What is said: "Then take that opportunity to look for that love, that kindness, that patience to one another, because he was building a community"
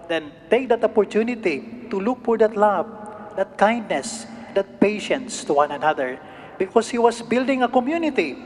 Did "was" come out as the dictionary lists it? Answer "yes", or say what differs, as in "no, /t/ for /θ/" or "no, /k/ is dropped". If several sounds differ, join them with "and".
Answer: no, /s/ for /z/